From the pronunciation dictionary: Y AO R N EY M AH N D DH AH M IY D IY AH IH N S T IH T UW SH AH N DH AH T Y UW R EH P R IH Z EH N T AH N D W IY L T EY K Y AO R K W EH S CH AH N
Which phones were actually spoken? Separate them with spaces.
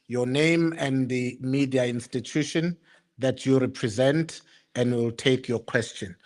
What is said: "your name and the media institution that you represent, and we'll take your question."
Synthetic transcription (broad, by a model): Y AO N EY M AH N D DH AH M IY D IY AH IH N S T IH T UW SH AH N DH AH T Y UW R EH P R IH Z EH N T AH N D W IY L T EY K Y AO K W EH S CH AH N